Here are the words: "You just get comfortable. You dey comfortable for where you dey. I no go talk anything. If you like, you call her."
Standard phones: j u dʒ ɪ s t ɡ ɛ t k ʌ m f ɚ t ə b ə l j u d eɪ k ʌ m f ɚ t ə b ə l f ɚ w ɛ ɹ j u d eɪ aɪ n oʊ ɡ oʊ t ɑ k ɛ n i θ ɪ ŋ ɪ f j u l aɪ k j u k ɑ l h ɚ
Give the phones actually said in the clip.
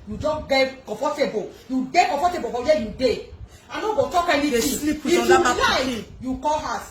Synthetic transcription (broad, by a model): j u dʒ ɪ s ɡ ɛ t k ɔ f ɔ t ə b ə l j u d eɪ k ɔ f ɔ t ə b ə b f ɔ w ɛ j u d eɪ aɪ n oʊ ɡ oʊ t ɑ k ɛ n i t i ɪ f j u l aɪ j u k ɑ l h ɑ